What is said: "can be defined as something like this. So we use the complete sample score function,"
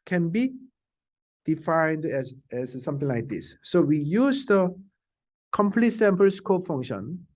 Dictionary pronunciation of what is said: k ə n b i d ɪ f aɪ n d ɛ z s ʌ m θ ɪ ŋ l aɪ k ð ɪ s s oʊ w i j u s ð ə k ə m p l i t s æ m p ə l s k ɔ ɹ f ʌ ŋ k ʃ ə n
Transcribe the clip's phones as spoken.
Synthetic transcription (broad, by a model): k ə n b i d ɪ f aɪ n d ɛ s s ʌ m t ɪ ŋ l aɪ k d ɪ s s oʊ w i j u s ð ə k ə m p l i t s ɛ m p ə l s k ɔ f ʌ ŋ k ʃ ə n